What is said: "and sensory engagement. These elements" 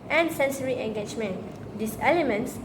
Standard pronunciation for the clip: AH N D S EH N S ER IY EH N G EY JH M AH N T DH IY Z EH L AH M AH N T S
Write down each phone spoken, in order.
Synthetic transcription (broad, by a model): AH N S EH N S ER IY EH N G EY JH M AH N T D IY S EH L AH M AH N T S